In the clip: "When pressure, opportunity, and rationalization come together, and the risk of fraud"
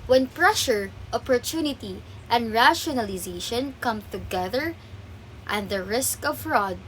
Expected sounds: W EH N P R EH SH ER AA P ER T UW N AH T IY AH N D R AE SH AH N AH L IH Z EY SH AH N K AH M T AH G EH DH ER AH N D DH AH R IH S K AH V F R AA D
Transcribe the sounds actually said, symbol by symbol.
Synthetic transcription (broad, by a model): W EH N P R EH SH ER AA P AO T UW N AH T IY AH N D R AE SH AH N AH L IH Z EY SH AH N K AH M T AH G EH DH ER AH N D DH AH R IH S K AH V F R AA D